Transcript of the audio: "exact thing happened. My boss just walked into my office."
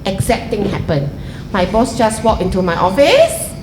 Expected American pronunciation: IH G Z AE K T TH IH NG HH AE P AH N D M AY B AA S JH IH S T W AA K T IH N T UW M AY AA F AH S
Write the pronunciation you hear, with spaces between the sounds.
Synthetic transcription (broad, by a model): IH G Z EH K T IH NG HH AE P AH N M AY B AA S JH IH S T W AA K IH N T UW M AY AA F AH S